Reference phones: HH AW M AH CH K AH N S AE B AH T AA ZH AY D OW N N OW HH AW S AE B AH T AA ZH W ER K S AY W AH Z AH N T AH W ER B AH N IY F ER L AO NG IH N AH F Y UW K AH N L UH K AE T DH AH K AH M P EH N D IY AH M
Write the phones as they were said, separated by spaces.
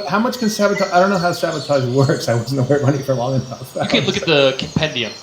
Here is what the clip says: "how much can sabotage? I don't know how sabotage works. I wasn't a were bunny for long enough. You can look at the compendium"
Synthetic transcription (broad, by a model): HH AW M AH CH K AH N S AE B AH T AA AY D OW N N OW HH AW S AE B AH T AA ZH W ER K S AY W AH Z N AH W ER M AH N IY F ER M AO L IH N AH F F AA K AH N L UH K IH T DH AH K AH M P EH N D IY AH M